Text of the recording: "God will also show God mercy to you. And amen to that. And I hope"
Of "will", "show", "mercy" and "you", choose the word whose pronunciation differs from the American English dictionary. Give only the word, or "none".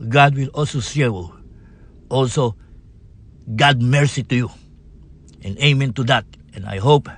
show